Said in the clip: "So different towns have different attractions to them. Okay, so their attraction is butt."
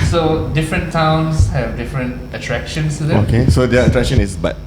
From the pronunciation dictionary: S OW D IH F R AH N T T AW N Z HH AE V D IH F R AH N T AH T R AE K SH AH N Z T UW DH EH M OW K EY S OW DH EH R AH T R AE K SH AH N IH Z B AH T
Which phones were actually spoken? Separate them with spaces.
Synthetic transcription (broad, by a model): S OW D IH F R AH N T T AW N S HH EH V D IH F R AH N T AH T R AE K SH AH N S T UW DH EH OW K EY S OW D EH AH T R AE K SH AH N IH S B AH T